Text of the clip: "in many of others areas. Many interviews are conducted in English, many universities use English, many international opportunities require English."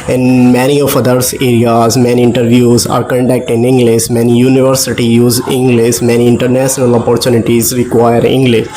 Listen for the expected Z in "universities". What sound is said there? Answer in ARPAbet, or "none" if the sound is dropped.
none